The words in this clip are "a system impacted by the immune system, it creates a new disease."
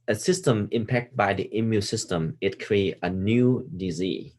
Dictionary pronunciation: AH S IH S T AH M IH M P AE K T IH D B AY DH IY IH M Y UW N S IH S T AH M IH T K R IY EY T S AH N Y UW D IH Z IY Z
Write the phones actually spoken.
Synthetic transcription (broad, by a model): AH S IH S T AH M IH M P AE K T B AY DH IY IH M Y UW S IH S T AH M IH T K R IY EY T AH N Y UW D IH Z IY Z